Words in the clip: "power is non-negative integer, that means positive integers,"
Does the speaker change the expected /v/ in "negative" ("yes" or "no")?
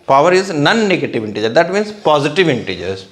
no